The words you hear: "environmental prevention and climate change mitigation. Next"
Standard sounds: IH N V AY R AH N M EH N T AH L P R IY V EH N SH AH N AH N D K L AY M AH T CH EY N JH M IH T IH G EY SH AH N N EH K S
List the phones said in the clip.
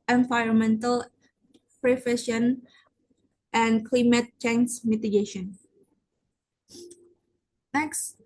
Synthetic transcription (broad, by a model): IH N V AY R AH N M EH N T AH L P R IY F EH SH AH N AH N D K L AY M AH T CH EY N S M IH T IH G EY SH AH N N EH K S